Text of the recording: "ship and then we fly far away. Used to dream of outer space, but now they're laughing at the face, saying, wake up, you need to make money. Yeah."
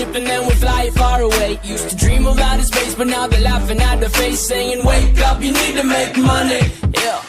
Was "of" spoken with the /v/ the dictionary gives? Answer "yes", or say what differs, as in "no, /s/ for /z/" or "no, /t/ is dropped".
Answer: no, /b/ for /v/